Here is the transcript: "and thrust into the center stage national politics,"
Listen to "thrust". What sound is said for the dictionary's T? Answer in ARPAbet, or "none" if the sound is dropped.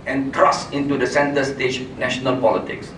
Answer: none